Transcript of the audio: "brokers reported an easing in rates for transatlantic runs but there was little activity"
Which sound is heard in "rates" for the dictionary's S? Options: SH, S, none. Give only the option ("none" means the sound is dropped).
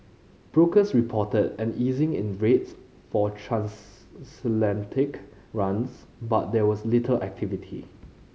S